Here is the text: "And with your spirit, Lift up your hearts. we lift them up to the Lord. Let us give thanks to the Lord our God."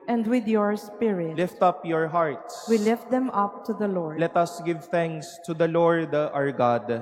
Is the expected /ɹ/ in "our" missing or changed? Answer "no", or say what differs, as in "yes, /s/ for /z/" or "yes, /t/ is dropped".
no